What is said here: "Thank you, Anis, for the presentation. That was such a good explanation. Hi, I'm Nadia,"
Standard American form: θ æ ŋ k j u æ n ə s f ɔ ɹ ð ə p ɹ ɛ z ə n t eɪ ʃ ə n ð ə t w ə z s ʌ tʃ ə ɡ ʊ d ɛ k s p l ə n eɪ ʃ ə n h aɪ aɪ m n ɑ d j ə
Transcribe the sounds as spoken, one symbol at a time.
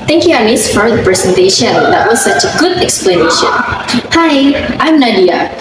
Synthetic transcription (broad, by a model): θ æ ŋ k j u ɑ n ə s f ɔ ɹ ð ə p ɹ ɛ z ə n t eɪ ʃ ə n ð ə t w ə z s ʌ tʃ ə ɡ ʊ d ɛ k s p l ə n eɪ ʃ ə n h aɪ aɪ m n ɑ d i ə